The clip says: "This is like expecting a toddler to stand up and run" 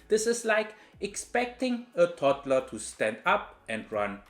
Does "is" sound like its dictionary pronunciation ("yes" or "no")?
no